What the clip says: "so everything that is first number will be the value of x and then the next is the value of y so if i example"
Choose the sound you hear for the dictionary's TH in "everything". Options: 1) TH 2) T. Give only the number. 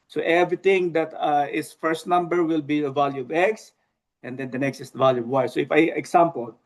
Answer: 2